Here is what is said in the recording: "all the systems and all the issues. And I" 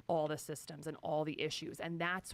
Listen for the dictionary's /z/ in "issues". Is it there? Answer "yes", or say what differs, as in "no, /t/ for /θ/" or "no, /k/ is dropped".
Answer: yes